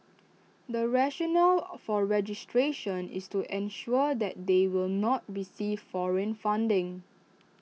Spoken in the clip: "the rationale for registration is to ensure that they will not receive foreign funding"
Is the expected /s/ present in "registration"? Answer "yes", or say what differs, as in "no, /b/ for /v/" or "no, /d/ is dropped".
yes